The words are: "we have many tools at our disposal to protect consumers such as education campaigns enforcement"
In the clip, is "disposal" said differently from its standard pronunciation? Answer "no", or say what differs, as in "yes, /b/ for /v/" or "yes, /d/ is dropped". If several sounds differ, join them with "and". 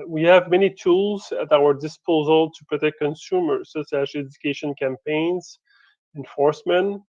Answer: no